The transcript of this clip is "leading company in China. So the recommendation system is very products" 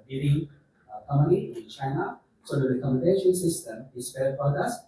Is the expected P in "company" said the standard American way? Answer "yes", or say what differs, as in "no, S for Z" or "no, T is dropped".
no, P is dropped